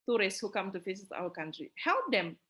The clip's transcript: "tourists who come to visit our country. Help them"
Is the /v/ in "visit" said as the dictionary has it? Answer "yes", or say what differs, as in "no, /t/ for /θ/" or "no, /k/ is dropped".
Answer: no, /f/ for /v/